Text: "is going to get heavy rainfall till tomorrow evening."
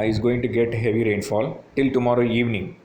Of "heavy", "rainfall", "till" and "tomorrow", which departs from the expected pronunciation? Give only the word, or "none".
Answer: none